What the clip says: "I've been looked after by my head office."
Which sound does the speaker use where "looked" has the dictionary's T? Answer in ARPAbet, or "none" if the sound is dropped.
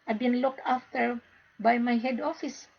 T